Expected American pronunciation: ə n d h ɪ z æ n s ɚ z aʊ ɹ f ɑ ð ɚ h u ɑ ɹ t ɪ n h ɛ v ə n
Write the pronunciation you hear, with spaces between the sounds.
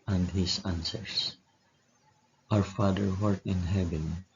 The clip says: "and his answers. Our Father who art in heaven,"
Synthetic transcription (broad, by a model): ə n d h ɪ s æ n s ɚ s aʊ ɹ f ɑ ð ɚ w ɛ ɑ ɹ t ɪ n h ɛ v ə n